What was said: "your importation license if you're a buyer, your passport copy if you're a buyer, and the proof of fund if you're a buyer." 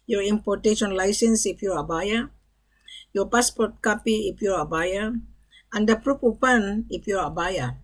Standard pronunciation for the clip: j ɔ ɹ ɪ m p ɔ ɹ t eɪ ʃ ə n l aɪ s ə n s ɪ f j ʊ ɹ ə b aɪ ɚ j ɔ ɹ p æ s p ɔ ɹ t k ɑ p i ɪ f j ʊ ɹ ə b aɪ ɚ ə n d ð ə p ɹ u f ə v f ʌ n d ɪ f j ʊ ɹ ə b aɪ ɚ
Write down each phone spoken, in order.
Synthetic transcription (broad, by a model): j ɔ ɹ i m p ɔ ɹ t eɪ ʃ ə n l aɪ s ə n s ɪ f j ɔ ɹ ə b aɪ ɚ j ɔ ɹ p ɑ s p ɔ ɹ t k ɑ p i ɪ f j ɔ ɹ ə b aɪ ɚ ə n d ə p ɹ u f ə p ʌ n ɪ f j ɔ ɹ ə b aɪ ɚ